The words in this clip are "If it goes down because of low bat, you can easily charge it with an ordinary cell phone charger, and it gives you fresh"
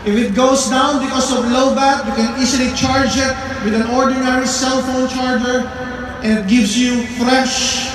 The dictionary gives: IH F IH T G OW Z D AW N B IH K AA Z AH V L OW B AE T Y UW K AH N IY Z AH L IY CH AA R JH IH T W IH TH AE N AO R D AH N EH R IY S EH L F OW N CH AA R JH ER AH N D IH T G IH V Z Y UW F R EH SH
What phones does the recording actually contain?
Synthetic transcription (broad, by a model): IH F IH T G OW S D AW N B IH K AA S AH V L OW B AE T Y UW K AH N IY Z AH L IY CH AA R JH IH T W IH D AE N AO R D AH N EH R IY S EH L F OW N CH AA R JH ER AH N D IH T G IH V S Y UW F R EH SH